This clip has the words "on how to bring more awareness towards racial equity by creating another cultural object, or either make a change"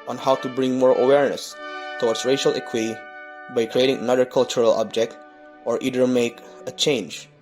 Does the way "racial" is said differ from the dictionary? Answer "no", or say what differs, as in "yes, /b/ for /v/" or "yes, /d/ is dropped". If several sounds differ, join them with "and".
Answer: no